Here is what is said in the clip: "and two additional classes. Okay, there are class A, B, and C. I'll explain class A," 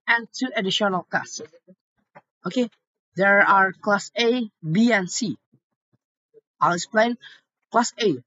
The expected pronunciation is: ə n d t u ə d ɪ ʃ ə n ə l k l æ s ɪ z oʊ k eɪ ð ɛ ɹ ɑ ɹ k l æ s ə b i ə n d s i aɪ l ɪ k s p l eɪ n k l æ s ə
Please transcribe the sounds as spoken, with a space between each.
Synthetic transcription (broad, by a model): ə n t u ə d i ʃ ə n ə l k ɑ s oʊ k eɪ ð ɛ ɹ ɑ ɹ k l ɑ s ə b i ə n s i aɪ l ɪ k s p l eɪ n k l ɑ s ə